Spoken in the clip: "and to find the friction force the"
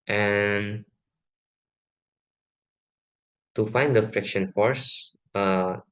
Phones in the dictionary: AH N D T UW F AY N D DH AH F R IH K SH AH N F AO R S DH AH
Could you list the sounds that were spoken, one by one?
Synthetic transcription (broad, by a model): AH N T UW F AY N D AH F R IH K SH AH N F AO R S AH